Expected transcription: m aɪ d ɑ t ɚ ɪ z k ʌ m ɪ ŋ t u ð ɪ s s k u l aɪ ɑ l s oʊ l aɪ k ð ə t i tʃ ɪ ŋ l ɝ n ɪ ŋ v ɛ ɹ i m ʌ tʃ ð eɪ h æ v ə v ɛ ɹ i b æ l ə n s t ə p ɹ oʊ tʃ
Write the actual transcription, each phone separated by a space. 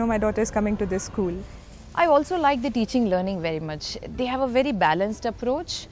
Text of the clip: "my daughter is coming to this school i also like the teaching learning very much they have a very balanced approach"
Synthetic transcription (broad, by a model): m aɪ d ɑ t ɚ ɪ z k ʌ m ɪ ŋ t u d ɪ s s k u l aɪ ɑ l s oʊ l aɪ k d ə t i tʃ ɪ ŋ l ɝ n ɪ ŋ v ɛ ɹ i m ʌ tʃ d eɪ h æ v ə v ɛ ɹ i b æ l ə n s t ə p ɹ oʊ tʃ